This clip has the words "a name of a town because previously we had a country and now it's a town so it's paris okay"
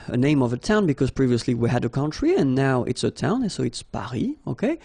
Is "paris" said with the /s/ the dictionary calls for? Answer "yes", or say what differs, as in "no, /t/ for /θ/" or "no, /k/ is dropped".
no, /s/ is dropped